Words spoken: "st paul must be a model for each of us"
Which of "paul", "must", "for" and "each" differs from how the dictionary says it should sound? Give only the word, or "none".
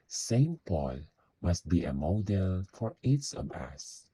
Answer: each